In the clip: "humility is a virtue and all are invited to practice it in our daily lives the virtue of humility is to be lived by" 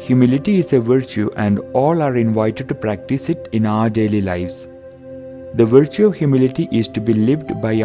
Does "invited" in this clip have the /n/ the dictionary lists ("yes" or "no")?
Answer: yes